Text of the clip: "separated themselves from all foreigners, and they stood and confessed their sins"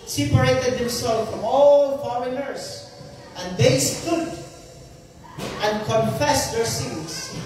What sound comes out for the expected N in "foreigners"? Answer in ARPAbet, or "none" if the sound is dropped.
L